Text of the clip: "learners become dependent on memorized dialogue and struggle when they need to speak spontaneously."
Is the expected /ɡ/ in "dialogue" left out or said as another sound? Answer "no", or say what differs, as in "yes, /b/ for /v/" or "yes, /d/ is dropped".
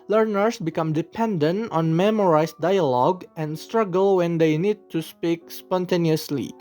no